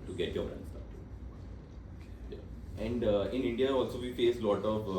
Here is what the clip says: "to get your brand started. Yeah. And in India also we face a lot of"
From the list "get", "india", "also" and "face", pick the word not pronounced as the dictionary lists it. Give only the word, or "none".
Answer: none